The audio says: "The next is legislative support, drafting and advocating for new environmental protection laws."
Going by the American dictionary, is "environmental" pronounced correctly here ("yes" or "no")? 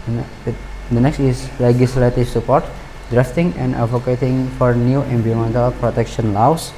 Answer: no